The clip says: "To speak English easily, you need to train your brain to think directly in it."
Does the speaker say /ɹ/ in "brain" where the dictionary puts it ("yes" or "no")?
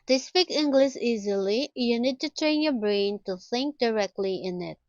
yes